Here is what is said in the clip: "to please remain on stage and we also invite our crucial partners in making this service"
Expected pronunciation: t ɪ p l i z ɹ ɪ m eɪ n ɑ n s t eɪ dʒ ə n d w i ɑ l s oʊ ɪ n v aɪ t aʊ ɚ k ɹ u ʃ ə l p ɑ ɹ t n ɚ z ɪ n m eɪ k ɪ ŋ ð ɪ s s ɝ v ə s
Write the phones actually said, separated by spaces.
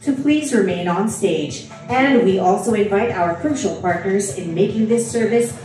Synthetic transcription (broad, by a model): t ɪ p l i z ɹ ɪ m eɪ n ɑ n s t eɪ dʒ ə n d w i ɑ l s oʊ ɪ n v aɪ t aʊ ɚ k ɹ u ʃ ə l p ɑ ɹ t n ɚ z ɪ n m eɪ k ɪ ŋ ð ɪ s s ɝ v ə s